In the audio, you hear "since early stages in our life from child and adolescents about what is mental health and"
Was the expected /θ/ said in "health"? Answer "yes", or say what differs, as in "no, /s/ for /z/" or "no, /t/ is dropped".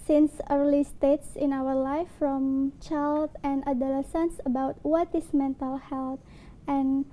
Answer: no, /t/ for /θ/